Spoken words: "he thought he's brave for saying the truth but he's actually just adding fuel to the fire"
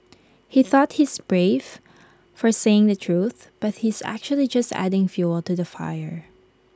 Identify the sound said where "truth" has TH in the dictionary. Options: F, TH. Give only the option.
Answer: TH